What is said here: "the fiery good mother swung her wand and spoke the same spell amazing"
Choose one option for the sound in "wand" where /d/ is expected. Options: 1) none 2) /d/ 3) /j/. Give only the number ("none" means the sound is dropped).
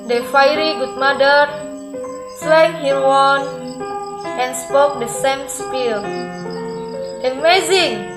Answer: 1